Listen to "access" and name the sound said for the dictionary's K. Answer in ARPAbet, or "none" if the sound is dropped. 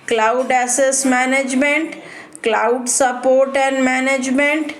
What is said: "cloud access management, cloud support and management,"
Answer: none